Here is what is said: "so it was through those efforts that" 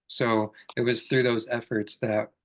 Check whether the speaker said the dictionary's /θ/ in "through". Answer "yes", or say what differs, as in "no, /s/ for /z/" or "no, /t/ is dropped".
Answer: yes